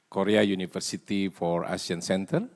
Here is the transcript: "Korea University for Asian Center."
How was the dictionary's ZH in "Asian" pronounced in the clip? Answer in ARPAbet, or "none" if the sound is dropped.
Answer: S